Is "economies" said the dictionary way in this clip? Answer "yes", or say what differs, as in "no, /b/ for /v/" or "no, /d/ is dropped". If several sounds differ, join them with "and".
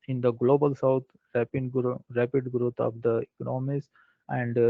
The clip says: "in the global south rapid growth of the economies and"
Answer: no, /s/ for /z/